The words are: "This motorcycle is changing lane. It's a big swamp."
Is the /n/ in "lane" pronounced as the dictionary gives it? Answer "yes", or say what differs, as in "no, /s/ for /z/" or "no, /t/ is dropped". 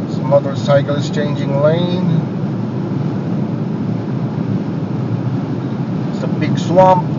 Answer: no, /n/ is dropped